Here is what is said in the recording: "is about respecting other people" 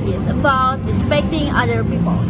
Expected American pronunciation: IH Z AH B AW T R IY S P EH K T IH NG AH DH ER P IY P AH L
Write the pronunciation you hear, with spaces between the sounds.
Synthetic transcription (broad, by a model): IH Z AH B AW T R IY S P EH K T IH NG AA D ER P IY P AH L